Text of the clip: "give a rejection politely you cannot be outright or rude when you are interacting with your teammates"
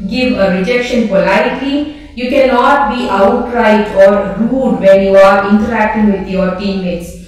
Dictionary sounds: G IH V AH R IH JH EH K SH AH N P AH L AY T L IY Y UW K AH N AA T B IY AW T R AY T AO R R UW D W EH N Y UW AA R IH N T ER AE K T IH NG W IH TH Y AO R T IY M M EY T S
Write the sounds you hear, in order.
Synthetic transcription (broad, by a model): G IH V AH R IH JH EH K SH AH N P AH L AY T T IY Y UW K AH N AA T B IY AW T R AY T AO R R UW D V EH N Y UW AA R IH N T ER AE K T IH NG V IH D Y AO R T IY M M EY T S